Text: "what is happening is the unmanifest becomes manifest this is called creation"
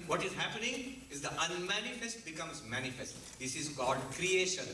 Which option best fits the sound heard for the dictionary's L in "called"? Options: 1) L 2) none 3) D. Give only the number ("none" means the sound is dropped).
2